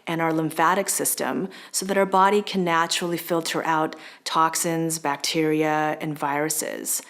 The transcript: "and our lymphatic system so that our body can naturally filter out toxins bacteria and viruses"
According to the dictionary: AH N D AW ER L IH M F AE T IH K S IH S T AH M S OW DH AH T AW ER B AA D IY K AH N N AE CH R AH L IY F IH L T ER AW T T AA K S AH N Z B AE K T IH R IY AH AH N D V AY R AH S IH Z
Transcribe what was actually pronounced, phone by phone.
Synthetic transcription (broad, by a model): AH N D AW ER L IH M F AE T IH K S IH S T AH M S OW DH AH T AW ER B AA D IY K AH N N AE CH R L IY F IH L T ER AW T T AA K S AH N Z B AE K T IH R IY AH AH N V AY R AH S IH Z